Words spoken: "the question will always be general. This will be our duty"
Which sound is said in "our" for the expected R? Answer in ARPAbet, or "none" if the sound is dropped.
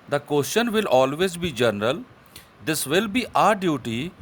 R